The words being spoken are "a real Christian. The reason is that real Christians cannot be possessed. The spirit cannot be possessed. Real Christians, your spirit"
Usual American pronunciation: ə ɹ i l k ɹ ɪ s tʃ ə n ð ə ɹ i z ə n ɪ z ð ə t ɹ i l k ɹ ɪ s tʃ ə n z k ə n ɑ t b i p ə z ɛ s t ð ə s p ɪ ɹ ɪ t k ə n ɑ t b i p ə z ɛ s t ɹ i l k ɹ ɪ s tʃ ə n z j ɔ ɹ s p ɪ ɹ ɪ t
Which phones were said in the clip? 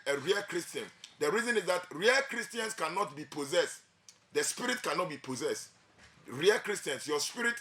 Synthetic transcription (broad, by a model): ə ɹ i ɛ k ɹ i s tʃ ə n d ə ɹ i z ə n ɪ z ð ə t ɹ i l k ɹ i s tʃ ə n s k ə n ɑ t b i p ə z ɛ s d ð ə s p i ɹ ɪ t k ə n ɑ t b i p ə z ɛ s t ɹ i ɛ k ɹ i s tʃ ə n s j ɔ s p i ɹ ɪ t